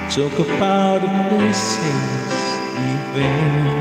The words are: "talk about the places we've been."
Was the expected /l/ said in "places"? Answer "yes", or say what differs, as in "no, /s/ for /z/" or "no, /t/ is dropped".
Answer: no, /l/ is dropped